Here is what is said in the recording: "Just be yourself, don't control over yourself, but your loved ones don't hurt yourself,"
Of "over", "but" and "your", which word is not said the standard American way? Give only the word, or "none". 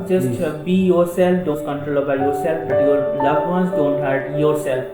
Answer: over